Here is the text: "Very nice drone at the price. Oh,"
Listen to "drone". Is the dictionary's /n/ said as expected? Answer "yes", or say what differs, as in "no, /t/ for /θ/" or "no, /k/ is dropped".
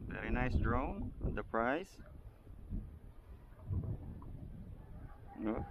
no, /n/ is dropped